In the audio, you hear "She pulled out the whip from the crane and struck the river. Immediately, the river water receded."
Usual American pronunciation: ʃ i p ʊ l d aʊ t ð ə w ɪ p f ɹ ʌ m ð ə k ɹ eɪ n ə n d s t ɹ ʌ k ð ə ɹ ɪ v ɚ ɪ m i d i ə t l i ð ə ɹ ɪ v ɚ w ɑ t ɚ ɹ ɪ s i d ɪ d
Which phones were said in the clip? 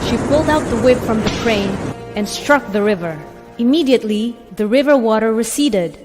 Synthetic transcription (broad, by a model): ʃ i p ʊ l d aʊ t ð ə w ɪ b f ɹ ʌ m ð ə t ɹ eɪ n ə n s t ɹ ʌ k ð ə ɹ ɪ v ɚ ɪ m i d i ə t l i ð ə ɹ ɪ v ɚ w ɑ t ɚ ɹ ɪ s i d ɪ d